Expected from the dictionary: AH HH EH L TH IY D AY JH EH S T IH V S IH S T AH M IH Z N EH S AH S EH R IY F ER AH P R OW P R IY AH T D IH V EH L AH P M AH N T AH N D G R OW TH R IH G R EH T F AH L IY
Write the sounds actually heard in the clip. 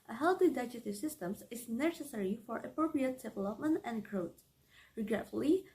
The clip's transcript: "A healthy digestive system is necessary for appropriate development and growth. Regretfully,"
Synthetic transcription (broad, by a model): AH HH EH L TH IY D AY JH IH T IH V S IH S T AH M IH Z N EH S AH S EH R IY F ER AH P R OW P R IY AH T D IH V EH L AH P M AH N T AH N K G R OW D R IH G R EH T F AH L IY